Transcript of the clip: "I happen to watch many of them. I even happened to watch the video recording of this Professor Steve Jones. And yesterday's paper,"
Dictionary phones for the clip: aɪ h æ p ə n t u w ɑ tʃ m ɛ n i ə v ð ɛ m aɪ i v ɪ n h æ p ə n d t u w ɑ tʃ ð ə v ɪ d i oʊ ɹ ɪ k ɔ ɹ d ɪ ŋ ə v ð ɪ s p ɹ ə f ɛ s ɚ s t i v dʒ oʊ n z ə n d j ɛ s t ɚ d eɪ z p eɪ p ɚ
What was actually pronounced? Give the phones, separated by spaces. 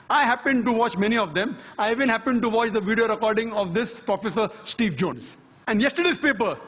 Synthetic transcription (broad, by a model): aɪ h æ p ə n t u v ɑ tʃ m ɛ n i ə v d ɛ m aɪ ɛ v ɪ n h æ p ə n d t u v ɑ tʃ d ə v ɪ d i oʊ ɹ ɪ k ɔ ɹ d ɪ ŋ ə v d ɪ s p ɹ ə f ɛ s ɚ s t i v dʒ oʊ n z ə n d j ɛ s t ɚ d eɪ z p eɪ p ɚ